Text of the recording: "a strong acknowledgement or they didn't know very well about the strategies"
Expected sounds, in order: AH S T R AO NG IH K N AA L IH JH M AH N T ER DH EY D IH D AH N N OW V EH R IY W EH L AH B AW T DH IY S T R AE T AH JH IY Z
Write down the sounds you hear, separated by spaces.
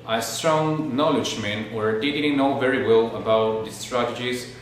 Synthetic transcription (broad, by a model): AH S T R AO NG N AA L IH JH M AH N ER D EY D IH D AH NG N OW V EH R IY W EH L AH B AW T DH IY S T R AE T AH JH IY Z